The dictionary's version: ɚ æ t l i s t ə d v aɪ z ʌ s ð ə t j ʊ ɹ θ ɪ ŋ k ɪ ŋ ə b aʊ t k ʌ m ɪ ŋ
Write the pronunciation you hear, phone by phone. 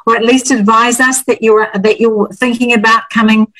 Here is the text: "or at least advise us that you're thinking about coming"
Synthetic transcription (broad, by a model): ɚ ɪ t l i s t ə d v aɪ z ʌ s ð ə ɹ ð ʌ ɹ θ ɪ ŋ k ɪ ŋ ə b aʊ t k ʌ m ɪ ŋ